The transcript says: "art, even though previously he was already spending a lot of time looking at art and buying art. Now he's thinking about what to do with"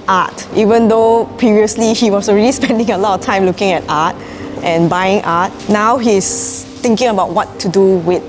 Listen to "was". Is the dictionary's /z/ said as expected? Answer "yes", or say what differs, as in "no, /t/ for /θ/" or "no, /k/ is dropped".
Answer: no, /s/ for /z/